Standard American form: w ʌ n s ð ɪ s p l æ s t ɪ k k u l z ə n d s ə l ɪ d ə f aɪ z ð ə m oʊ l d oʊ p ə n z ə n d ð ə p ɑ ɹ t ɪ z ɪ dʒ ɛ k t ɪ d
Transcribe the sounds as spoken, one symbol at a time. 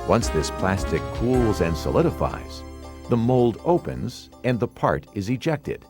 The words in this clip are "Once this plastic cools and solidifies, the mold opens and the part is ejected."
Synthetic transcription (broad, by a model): w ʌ n s ð ɪ s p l æ s t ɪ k k u l z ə n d s ə l ɪ d ə f aɪ z ð ə m oʊ l d oʊ p ə n z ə n ð ə p ɑ ɹ t ɪ z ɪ dʒ ɛ k t ɪ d